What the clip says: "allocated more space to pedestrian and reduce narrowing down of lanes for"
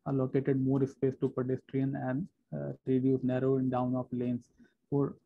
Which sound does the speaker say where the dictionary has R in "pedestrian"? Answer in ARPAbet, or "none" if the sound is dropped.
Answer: R